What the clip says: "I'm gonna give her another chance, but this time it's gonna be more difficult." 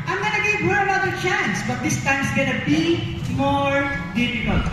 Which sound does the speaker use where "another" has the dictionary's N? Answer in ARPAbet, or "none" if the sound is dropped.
L